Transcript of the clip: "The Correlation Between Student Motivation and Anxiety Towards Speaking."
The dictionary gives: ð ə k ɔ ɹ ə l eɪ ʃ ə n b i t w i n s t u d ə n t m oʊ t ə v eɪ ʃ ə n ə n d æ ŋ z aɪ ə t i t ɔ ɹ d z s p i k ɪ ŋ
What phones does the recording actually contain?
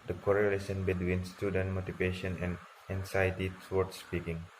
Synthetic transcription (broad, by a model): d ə k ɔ ɹ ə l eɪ s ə n b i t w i n s t u d ə n t m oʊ t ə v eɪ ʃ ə n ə n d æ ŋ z aɪ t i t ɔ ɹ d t s p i k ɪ ŋ